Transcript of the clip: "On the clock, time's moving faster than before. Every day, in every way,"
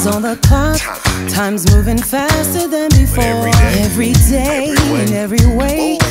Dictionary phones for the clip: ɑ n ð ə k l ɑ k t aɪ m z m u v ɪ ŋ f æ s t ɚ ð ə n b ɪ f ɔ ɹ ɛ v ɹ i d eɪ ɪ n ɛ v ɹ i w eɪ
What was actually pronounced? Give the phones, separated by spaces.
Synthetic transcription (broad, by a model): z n ð ə k ɑ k t aɪ m z m u v ɪ ŋ f æ s t ɚ ð ə n b ɪ f ɔ ɹ ɛ v ɹ i d eɪ ɪ n ɛ v ɹ i w eɪ